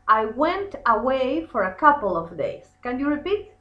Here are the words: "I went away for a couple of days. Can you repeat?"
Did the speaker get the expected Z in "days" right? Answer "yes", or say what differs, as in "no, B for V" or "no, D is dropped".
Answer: no, S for Z